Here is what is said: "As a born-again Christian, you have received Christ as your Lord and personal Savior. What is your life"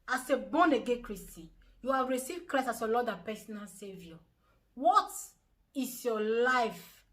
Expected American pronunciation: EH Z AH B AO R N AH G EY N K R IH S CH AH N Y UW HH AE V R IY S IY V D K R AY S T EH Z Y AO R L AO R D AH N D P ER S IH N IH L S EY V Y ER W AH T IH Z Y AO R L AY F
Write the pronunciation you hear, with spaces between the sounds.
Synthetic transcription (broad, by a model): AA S AH B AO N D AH G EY K R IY S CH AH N Y UW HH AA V R IY S IY V D K R AY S AA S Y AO L AO D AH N P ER S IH N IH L S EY V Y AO W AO T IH S Y AO L AY F